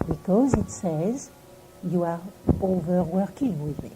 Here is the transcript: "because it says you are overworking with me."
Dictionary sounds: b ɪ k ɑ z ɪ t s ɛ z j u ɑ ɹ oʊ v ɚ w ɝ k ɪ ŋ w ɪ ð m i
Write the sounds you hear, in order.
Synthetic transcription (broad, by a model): b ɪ k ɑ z ɪ t s ɛ z j u ɑ ɹ oʊ v ɚ w ɝ k ɪ ŋ w ɪ ð m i